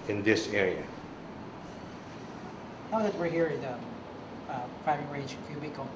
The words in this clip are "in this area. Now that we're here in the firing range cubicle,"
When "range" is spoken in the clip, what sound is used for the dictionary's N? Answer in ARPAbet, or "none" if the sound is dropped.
none